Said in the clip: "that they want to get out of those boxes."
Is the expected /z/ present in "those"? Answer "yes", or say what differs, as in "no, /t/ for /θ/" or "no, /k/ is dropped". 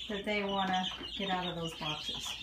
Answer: yes